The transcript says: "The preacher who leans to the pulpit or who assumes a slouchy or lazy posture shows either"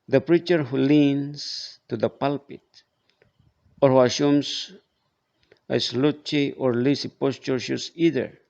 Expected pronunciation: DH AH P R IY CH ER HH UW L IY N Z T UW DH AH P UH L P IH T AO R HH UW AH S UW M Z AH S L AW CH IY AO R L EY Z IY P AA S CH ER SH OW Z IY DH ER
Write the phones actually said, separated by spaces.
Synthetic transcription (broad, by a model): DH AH P R IY CH ER HH UW L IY N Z T UW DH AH P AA L P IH T AO R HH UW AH SH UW M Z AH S L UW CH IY AO R L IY S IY P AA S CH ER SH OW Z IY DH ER